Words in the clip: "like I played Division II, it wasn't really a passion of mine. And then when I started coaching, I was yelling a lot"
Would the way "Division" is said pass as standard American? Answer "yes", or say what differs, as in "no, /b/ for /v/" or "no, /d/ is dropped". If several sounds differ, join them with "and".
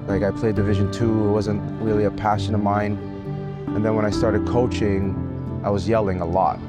yes